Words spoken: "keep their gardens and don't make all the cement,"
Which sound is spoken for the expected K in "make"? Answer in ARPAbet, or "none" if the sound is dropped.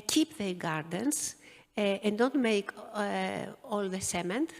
K